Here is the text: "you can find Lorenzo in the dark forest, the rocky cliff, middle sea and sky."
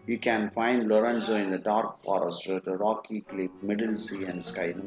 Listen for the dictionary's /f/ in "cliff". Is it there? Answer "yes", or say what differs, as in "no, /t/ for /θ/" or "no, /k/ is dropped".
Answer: no, /p/ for /f/